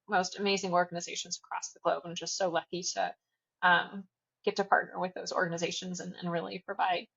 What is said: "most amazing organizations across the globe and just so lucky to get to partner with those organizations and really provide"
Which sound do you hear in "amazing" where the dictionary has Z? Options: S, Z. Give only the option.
Z